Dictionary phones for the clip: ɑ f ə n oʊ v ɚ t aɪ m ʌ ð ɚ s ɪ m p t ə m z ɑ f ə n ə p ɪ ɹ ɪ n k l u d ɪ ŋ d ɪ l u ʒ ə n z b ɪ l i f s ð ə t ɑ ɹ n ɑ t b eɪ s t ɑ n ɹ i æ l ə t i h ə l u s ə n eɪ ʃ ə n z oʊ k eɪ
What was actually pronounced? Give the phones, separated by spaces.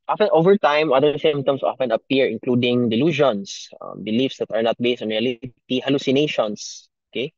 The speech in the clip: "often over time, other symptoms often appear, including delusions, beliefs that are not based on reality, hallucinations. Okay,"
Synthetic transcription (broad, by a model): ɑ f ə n oʊ v ɚ t aɪ m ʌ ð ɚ s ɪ m t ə m s ɑ f ə n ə p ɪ ɹ ɪ n k l u d ɪ ŋ d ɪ l u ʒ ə n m b ɪ l i f s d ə t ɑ ɹ n ɑ t b eɪ s t ɑ n ɹ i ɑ l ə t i h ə l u s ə n eɪ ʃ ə n s oʊ k eɪ